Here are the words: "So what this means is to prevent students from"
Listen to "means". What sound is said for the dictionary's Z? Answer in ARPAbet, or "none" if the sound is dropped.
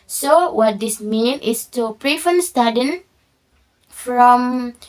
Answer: none